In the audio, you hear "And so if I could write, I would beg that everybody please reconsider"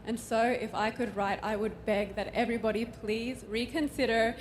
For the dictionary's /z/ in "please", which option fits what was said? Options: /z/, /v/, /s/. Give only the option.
/z/